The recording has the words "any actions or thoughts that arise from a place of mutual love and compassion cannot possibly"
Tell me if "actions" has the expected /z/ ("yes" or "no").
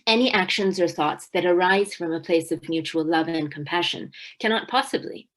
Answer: yes